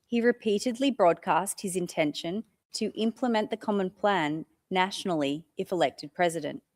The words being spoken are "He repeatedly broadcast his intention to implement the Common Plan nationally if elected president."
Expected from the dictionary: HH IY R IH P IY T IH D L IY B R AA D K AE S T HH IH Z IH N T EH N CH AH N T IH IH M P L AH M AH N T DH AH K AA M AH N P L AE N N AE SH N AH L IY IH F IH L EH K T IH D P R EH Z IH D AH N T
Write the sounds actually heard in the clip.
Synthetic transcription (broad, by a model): HH IY R IH P IY T IH D L IY B R AA D K AE S T HH IH Z IH N T EH N SH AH N T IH IH M P L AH M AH N DH AH K AA M AH N P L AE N N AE SH N L IY IH F IH L EH K T IH D P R EH Z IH D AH N T